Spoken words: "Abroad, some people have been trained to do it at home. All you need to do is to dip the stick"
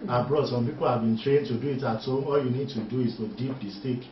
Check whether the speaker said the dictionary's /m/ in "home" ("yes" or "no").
no